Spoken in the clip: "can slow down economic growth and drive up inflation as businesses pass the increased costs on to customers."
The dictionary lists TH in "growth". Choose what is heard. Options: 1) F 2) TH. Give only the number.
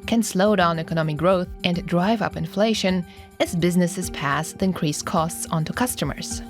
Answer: 2